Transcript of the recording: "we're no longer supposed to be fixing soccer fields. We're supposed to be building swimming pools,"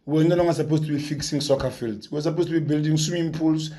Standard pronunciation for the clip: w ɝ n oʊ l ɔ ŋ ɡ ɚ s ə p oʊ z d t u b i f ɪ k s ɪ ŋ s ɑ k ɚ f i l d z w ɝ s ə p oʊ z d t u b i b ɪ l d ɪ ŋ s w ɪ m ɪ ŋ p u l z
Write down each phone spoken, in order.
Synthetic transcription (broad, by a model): w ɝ n oʊ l ɔ ŋ ɡ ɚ s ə p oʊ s t u b i f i k s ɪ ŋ s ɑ k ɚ f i l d s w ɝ s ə p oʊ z t u b i b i l d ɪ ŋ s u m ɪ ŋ p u l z